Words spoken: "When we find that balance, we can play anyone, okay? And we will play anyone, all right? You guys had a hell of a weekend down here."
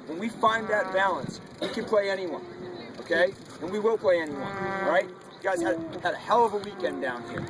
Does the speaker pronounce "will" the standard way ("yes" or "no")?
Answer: no